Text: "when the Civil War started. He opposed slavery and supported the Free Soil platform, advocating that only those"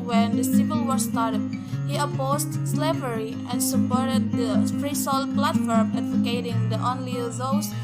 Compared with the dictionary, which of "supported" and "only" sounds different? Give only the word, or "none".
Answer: supported